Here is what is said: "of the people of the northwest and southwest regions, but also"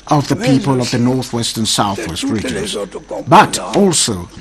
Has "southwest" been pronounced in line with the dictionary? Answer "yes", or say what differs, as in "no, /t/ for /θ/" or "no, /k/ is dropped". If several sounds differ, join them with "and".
yes